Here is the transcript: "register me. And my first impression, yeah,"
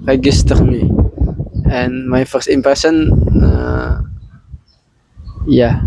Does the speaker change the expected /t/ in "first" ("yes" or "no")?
no